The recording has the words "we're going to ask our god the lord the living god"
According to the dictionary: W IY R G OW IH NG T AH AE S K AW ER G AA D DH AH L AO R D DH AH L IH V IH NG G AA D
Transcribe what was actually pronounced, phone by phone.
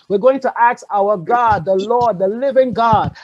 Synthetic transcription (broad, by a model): W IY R G OW IH NG T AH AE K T AW ER G AA D DH AH L AO R D DH AH L IH V IH NG G AA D